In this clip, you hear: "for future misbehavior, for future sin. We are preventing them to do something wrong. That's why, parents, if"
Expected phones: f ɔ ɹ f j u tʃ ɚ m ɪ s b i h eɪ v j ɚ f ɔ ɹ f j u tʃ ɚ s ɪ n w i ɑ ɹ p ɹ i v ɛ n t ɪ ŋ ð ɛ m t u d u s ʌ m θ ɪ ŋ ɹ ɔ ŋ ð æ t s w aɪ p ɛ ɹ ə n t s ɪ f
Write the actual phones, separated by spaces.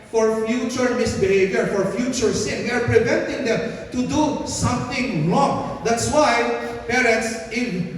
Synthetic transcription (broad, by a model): f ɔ ɹ f j u tʃ ɚ m ɪ s b i h eɪ v j ɚ f ɔ ɹ f j u tʃ ɚ s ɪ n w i ɑ ɹ p ɹ i v ɛ n t ɪ ŋ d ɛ m t u d u s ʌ m t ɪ ŋ ɹ ɔ ŋ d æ t s w aɪ p ɛ ɹ ə n t s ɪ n